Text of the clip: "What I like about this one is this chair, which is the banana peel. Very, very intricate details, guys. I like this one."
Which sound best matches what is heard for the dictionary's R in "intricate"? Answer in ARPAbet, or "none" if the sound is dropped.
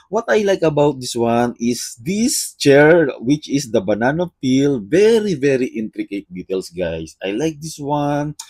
R